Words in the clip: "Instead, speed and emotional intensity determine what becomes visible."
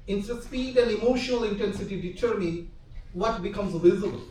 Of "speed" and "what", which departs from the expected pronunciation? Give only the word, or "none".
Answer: speed